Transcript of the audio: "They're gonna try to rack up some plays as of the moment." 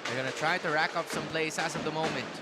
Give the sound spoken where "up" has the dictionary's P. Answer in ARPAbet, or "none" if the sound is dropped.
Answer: F